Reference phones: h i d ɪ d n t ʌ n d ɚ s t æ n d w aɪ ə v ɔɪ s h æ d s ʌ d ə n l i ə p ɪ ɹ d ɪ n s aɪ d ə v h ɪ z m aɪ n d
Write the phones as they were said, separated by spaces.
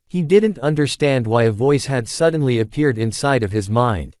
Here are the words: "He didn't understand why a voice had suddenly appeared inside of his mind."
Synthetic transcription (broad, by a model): h i d ɪ d n t ʌ n d ɚ s t æ n d w aɪ ə v ɔɪ s h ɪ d s ʌ d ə n l i ə p ɪ ɹ d ɪ n s aɪ d ə v ɪ z m aɪ n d